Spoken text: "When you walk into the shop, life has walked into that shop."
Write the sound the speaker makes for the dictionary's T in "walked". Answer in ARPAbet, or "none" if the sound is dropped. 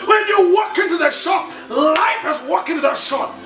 none